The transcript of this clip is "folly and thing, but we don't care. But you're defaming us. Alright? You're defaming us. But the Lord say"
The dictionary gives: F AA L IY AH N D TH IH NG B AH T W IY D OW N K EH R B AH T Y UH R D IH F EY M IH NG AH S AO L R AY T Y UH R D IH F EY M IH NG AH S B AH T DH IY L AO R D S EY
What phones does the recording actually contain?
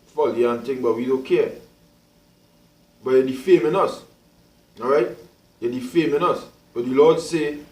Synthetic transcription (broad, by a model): F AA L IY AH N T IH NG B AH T W IY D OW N K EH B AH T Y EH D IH F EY M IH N AH S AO R AY T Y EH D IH F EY M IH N AH S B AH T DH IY L AO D S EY